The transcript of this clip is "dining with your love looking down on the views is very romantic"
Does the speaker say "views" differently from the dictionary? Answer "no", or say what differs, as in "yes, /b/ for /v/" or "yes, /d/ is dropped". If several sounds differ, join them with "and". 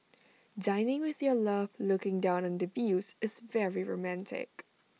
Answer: yes, /b/ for /v/